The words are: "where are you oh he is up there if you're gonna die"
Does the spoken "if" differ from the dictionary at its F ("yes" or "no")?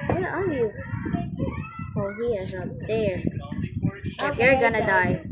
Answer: yes